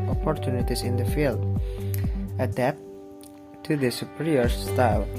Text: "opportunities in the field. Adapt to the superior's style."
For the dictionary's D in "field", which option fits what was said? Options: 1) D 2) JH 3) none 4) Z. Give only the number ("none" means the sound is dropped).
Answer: 1